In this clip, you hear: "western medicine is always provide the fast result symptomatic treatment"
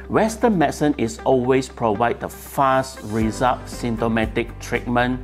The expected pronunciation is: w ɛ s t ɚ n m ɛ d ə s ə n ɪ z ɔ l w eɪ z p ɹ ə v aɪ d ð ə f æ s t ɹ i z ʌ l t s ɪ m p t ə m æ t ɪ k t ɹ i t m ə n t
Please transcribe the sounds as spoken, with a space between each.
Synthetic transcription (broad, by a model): w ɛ s t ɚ n m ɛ s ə n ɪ s ɔ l w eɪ s p ɹ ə v aɪ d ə f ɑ s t ɹ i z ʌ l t s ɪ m t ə m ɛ t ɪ k t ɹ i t m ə n